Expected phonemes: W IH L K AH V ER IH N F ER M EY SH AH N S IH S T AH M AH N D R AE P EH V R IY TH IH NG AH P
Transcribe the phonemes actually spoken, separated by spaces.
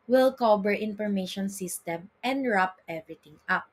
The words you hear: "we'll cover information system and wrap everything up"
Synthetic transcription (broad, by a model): W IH L K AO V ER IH N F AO M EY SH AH N S IH S T AH M AH N D R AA P EH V R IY T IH NG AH P